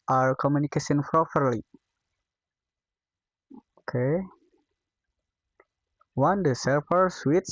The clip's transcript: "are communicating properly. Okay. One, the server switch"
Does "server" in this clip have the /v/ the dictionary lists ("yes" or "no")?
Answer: no